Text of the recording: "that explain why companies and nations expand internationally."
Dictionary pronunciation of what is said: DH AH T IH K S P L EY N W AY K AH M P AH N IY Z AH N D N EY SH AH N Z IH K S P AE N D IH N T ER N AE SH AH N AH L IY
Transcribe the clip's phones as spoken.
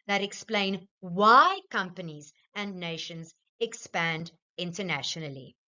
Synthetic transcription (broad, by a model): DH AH T IH K S P L EY N W AY K AH M P AH N IY Z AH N N EY SH AH N Z IH K S P AE N D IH N T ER N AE SH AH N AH L IY